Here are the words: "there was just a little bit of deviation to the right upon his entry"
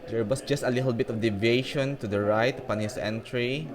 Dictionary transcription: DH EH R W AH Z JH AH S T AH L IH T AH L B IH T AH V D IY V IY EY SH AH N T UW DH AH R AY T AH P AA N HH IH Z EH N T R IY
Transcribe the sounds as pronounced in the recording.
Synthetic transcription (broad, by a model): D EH R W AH S JH AH S T AH L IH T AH L B IH T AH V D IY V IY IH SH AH N T UW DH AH R AY T AH P AA N HH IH S EH N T R IY